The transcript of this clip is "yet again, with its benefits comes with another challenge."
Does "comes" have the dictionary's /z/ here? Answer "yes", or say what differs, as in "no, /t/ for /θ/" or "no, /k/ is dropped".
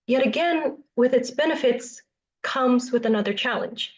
yes